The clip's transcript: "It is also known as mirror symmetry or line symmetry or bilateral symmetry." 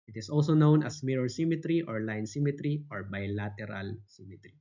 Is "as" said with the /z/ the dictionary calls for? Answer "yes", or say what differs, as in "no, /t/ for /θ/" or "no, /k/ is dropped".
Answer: no, /s/ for /z/